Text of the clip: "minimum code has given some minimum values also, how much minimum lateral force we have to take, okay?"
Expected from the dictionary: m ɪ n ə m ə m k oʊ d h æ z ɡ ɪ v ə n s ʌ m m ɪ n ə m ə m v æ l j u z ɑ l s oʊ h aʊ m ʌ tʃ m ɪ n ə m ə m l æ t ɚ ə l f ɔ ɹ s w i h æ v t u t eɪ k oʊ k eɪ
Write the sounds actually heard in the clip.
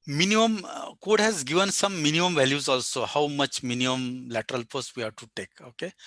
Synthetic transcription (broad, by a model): m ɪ n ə m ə m k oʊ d h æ z ɡ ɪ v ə n s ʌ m m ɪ n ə m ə m v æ l j u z ɑ l s oʊ h aʊ m ʌ tʃ m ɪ n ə m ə m l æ t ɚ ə l p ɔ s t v i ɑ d t u t eɪ k oʊ k eɪ